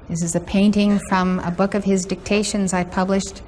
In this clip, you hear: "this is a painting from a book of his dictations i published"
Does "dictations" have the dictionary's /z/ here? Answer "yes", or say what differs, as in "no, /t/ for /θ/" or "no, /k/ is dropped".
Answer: yes